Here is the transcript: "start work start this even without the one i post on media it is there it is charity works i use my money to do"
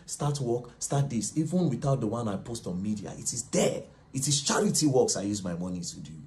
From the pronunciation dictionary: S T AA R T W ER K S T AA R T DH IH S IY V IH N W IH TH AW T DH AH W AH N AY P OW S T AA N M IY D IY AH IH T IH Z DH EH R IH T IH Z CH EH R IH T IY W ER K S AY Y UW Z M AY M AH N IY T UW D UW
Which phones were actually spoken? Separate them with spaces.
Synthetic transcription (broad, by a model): S T AA T W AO K S T AA T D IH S IY V IH N W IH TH AW T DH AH W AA N AY P OW S T AA N M IY D IY AH IH T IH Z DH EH IH T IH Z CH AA R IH T IY W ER K S AY Y UW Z M AY M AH N IY T UW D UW